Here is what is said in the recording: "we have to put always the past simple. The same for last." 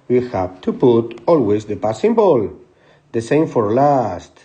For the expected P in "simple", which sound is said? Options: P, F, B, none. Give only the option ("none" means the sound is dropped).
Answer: B